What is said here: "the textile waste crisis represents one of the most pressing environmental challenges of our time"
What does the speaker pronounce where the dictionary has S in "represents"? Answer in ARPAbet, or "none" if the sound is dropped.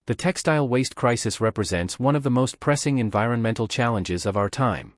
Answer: S